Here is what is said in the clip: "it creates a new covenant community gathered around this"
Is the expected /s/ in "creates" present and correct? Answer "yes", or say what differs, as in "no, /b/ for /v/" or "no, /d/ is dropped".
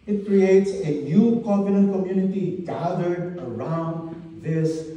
yes